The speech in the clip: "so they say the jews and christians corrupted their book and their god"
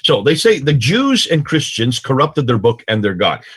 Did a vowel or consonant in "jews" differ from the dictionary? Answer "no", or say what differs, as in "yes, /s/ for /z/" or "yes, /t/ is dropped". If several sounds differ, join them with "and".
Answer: no